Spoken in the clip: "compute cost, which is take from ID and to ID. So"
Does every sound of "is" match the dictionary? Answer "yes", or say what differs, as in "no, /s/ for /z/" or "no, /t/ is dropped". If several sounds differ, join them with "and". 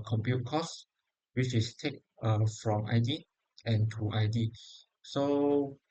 no, /s/ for /z/